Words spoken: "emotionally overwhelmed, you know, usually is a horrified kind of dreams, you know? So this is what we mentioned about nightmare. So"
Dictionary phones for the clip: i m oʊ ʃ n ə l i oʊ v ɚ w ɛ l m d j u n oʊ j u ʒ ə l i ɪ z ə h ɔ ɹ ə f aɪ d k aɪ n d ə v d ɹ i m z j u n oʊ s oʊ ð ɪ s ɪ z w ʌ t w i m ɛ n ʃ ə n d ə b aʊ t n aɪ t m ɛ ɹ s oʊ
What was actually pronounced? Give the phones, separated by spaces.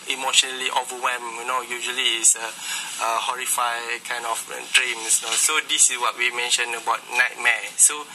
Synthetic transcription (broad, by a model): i m oʊ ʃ n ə l i oʊ v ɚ w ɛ m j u n oʊ j u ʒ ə l i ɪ ə h ɔ ɹ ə f aɪ k aɪ n d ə f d ɹ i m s n oʊ s oʊ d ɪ s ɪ s w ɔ t w i m ɛ n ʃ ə n ə b aʊ t n aɪ t m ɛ s oʊ